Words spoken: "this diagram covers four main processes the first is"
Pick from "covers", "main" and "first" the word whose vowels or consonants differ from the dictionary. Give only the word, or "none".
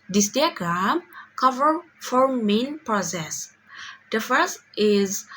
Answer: covers